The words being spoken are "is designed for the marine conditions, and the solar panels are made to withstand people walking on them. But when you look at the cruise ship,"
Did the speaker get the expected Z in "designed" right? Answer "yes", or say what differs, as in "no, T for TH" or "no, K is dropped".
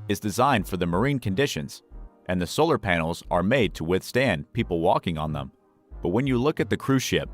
yes